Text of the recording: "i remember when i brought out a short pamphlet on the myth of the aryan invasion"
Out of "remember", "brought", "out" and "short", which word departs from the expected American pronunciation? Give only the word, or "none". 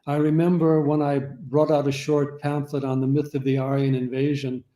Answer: none